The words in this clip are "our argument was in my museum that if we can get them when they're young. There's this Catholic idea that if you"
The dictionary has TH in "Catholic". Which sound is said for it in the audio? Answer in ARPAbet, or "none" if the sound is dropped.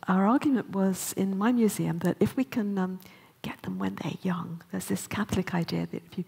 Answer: TH